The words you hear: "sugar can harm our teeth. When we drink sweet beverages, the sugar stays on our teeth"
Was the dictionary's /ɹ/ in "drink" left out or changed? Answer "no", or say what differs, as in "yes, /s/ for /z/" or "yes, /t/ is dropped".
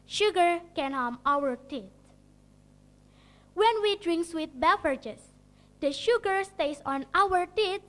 no